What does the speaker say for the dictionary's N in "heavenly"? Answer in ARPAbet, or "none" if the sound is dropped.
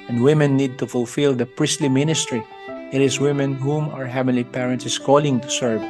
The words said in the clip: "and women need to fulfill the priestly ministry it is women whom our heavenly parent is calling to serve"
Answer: none